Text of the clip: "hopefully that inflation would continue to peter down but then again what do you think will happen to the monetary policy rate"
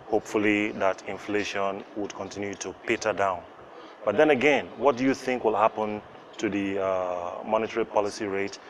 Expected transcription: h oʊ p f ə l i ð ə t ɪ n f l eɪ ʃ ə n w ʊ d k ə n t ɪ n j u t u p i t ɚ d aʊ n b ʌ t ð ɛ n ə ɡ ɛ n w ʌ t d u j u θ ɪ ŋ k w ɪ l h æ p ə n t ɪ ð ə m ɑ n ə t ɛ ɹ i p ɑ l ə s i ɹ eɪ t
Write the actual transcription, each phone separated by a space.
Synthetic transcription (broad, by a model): h oʊ p f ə l i ð ə t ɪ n f l eɪ ʃ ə n w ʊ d k ə n t ɪ n j u t u p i t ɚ d aʊ n b ʌ t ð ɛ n ə ɡ ɛ n w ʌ t d u j u θ ɪ ŋ k w ɪ l h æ p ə n t ɪ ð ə m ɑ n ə t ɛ ɹ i p ɑ l ə s i ɹ eɪ t